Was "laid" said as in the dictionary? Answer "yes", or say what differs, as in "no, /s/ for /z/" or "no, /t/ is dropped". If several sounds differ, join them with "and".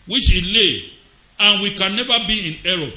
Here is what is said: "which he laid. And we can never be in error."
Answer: no, /d/ is dropped